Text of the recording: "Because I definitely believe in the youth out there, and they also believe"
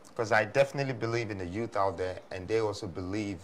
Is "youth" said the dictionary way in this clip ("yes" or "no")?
yes